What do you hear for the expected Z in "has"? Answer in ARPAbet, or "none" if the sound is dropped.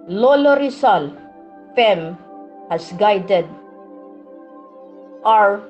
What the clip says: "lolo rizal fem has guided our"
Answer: S